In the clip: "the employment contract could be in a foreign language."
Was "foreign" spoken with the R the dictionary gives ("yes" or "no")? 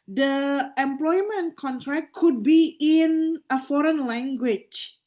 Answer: yes